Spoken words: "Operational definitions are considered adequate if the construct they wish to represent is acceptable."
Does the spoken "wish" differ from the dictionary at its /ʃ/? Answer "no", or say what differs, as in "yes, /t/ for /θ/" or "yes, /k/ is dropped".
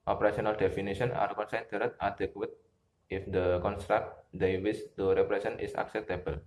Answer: yes, /s/ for /ʃ/